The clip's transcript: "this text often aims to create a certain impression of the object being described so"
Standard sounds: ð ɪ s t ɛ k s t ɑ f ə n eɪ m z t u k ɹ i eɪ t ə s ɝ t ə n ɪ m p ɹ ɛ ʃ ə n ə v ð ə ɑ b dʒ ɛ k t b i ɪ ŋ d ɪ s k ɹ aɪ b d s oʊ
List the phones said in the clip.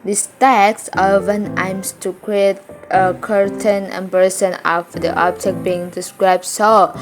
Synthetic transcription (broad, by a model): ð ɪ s t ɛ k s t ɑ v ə n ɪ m s t u k ɹ i eɪ t ə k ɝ t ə n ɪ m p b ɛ s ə n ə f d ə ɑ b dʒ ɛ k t b i ɪ ŋ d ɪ s k ɹ aɪ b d s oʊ